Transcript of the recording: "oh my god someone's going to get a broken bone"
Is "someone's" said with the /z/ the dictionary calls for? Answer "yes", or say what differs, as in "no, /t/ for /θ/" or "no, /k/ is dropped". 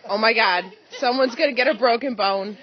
yes